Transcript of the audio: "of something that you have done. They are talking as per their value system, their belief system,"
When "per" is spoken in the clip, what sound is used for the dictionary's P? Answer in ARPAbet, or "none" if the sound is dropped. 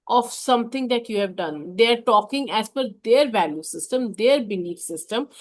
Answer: F